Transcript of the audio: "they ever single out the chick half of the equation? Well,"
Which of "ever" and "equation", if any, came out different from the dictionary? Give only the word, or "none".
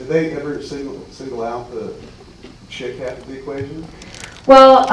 none